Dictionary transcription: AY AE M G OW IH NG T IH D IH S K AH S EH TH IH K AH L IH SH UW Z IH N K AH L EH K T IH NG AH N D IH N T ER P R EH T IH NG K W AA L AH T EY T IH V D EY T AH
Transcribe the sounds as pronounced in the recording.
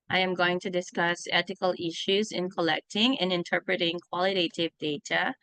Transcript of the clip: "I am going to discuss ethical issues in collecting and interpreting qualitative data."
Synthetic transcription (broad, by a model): AY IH M G OW IH NG T IH D IH S K AH S EH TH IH K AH L IH SH UW Z IH N K AH L EH K T IH NG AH N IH N T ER P R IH T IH NG K W AA L AH T EY T IH V D EY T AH